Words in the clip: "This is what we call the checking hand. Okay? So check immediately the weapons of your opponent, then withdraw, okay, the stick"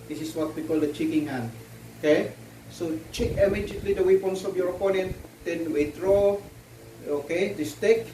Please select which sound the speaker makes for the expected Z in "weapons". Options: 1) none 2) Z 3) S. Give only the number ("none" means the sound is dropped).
3